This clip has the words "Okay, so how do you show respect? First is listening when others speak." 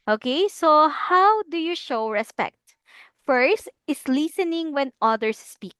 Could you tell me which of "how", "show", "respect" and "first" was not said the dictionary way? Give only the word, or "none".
none